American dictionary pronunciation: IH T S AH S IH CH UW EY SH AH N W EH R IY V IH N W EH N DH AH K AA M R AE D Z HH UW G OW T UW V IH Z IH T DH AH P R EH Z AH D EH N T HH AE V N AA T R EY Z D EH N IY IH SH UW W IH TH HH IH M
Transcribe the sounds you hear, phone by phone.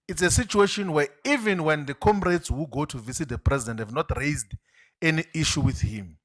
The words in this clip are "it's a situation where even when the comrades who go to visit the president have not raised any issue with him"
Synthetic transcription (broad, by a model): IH T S AH S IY CH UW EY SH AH N W EH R IY V IH N W EH N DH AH K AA M R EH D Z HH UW G OW T UW V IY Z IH T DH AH P R EH Z AH D EH N T HH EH V N AA T R EY Z D EH N IY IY SH UW W IH TH HH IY M